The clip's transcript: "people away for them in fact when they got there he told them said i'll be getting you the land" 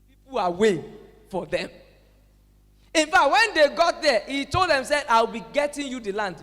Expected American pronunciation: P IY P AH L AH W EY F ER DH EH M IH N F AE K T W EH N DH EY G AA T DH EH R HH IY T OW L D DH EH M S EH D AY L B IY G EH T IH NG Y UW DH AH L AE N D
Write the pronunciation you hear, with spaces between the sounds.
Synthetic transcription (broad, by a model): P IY P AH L AH W EY F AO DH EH M IH N F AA K T W EH N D EY G AA T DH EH HH IY T OW L D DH EH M S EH AY W B IY G EH T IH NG Y UW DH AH L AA N D